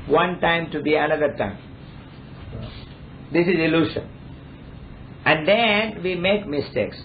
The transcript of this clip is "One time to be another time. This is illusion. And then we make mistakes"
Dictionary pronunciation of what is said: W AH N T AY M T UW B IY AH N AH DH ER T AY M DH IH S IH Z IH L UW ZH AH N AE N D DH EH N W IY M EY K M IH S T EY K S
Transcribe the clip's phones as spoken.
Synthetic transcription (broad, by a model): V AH N T AY M T UW B IY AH N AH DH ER T AY M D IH S IH Z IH L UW SH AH N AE N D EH N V IY M EY K M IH S T EY K S